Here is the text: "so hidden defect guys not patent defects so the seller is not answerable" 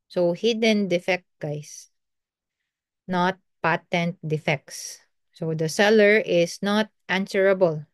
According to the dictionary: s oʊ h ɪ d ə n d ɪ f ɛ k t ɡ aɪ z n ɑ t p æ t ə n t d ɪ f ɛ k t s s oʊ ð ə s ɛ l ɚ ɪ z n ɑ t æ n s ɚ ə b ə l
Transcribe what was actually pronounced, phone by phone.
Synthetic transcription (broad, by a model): s oʊ h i d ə n d ɪ f ɛ k t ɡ aɪ s n ɑ t p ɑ t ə n t d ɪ f ɛ k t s s oʊ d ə s ɛ l ɚ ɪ s n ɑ t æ n s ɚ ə b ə l